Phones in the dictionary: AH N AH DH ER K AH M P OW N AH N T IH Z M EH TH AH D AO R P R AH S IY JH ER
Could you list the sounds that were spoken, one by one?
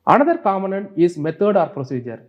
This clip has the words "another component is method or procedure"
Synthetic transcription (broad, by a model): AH N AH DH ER K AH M OW N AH N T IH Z M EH T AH D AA R P R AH S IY JH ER